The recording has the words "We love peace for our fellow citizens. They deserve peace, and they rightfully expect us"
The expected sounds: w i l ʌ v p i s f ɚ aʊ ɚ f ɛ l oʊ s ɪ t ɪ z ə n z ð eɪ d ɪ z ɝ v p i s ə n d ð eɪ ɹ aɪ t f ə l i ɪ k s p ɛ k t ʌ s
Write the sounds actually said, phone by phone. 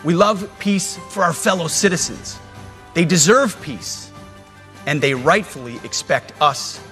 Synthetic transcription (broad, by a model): w i l ʌ v p i s f ɚ aʊ ɚ f ɛ l oʊ s ɪ t ɪ z ə n z ð eɪ d ɪ z ɝ v p i s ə n ð eɪ ɹ aɪ t f l i ɪ k s p ɛ k t ʌ s